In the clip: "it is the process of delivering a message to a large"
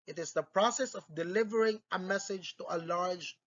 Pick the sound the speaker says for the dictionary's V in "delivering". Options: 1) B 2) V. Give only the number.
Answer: 2